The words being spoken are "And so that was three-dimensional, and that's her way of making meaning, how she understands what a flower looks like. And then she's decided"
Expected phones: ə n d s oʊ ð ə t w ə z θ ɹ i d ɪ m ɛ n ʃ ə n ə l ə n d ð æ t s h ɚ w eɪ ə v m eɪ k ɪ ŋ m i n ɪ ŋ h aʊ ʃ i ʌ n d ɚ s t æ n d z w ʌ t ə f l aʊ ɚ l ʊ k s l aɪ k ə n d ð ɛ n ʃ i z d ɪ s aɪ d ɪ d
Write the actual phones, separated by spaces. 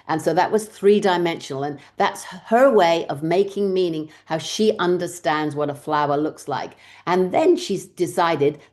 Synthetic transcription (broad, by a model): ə n s oʊ ð ə t w ə z θ ɹ i d ɪ m ɛ n ʃ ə n l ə n ð æ t s h ɚ w eɪ ə v m eɪ k ɪ ŋ m i n ɪ ŋ h aʊ ʃ i ʌ n d ɚ s t æ n d z w ʌ t ə f l aʊ ɚ l ʊ k s l aɪ k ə n ð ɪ n ʃ i z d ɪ s aɪ d ɪ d